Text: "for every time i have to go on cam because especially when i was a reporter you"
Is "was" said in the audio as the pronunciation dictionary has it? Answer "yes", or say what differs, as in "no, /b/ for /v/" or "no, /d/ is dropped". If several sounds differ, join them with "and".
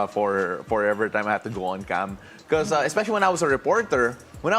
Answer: no, /s/ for /z/